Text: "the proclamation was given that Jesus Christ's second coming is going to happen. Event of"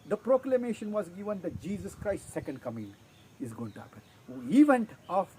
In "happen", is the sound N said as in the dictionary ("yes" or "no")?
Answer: yes